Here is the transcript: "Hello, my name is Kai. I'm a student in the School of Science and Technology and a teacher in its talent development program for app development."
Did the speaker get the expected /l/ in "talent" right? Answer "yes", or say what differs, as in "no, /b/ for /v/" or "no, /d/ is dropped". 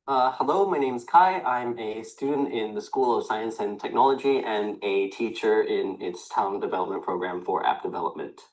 no, /l/ is dropped